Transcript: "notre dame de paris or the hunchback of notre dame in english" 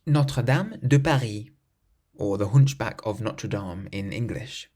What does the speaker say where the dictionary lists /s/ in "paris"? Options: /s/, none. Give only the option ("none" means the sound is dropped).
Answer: none